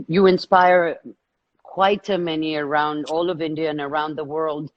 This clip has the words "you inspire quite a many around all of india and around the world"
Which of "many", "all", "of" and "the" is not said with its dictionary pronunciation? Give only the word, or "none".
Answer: none